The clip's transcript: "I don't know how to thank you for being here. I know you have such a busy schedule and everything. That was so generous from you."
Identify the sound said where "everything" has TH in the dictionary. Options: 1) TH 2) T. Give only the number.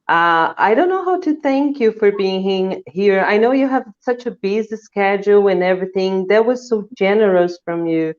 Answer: 1